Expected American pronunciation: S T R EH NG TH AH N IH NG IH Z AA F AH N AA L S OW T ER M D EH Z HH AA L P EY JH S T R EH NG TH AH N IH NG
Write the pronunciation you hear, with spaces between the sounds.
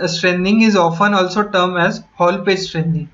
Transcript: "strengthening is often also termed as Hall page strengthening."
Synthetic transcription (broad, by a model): S T R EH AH N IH NG IH Z AA F AH N AA L S OW T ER M EH Z HH AA L P EY JH S T R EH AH N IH NG